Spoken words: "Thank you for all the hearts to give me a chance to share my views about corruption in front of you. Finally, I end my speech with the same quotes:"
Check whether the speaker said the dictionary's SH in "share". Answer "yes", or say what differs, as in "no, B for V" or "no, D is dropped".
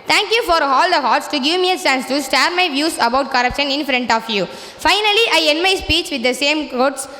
no, S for SH